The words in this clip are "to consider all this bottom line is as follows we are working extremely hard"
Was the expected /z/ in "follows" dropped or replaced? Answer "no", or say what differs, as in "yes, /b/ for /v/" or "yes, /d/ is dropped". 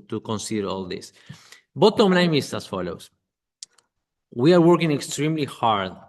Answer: yes, /s/ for /z/